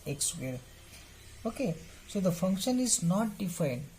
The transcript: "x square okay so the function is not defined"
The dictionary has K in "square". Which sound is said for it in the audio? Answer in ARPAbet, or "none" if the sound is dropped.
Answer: none